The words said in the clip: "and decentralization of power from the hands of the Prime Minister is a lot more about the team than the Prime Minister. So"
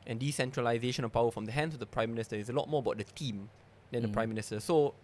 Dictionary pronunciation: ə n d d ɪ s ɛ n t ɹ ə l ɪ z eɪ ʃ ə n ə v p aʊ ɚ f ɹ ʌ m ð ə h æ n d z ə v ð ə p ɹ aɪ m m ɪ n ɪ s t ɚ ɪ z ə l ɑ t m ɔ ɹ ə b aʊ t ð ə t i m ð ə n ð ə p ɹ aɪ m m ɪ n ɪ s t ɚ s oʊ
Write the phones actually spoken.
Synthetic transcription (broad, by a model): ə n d d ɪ s ɛ n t ɹ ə l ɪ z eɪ ʃ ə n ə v p aʊ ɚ f ɹ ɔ m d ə h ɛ n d s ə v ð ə p ɹ aɪ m m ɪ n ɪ s t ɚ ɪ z ə l ɑ t m ɔ ə b aʊ t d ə t i m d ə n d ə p ɹ aɪ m m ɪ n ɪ s t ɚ s oʊ